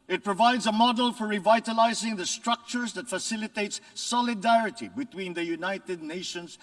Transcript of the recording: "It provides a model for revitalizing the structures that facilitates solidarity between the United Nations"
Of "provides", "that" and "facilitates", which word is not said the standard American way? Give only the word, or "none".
none